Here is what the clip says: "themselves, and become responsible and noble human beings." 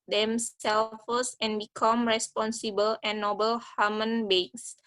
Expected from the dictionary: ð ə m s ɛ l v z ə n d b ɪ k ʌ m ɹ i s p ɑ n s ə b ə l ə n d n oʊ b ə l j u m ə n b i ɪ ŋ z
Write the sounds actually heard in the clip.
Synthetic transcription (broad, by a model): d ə m s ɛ l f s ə n b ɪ k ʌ m ɹ i s p ɑ n s ə b ə l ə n n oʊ b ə l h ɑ m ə n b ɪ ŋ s